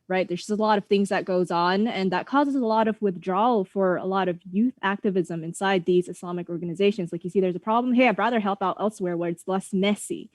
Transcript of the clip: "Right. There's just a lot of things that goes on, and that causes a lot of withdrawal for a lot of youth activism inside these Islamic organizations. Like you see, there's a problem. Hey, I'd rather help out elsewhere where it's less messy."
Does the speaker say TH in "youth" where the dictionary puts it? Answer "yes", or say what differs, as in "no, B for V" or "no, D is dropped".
yes